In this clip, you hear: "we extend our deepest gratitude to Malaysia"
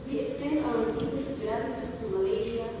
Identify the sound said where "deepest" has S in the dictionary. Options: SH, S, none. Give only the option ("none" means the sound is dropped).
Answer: none